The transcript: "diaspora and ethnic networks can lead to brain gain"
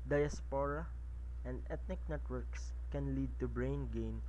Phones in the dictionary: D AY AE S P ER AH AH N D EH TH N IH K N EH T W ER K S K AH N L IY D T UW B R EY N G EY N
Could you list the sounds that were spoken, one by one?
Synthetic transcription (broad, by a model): D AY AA S P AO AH AH N D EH T N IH K N EH T W ER K S K AH N L IY D T UW B R EY N G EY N